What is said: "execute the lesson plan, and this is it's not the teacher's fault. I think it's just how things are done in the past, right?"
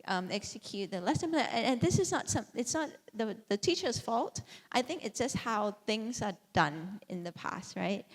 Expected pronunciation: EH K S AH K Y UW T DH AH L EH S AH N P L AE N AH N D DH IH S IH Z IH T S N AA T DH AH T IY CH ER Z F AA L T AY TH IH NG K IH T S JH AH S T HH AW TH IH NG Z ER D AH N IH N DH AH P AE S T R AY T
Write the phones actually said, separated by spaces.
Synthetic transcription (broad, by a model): EH K S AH K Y UW T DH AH L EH S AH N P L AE N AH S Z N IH S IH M IH T S N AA T DH AH T IY CH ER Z F AA L T AY TH IH NG K IH T S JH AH S T HH AW TH IH NG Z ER D AH N IH N DH AH P AE S T R AY T